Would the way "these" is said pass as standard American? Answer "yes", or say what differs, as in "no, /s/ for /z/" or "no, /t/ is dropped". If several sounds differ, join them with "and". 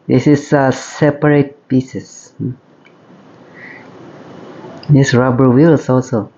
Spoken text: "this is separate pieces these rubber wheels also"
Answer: no, /s/ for /z/